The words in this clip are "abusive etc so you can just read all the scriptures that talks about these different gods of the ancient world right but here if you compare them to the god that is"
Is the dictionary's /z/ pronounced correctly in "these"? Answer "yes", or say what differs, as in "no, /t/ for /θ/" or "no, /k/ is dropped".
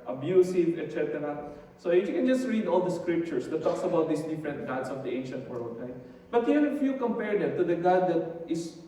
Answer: no, /s/ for /z/